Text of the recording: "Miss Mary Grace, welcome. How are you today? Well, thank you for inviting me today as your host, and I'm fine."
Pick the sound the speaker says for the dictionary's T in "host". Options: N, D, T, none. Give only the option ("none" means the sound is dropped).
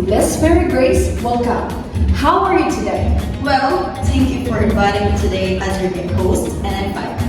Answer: T